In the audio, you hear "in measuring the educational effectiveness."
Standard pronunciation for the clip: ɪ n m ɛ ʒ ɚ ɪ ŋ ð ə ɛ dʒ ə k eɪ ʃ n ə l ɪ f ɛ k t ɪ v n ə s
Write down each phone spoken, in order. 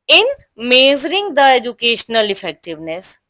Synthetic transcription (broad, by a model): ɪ n m ɛ z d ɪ ŋ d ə ɛ dʒ ə k eɪ ʃ n ə l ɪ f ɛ k t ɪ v n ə s